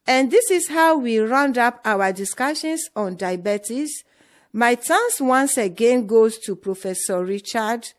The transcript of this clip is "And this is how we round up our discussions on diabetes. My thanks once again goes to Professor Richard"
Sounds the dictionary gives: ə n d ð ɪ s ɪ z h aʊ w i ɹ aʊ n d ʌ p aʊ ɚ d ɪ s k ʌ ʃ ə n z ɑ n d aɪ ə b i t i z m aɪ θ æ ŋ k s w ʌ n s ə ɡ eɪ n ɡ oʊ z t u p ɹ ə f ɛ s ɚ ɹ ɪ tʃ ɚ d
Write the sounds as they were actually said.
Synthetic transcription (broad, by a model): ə n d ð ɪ s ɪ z h aʊ w i ɹ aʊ n d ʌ p aʊ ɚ d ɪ s k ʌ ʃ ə n s ɑ n d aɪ b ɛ t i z m aɪ t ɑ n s w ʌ n s ə ɡ eɪ n ɡ oʊ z t u p ɹ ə f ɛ s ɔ ɹ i tʃ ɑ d